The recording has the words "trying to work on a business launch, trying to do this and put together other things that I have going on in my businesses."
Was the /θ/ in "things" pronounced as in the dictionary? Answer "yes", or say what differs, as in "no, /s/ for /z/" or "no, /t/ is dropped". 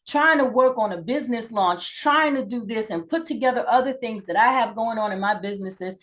yes